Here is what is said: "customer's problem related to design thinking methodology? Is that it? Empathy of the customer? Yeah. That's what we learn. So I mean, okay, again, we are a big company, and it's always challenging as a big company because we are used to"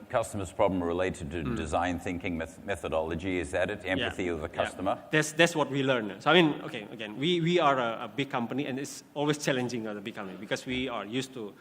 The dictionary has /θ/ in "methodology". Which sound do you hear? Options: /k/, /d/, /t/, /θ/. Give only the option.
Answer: /θ/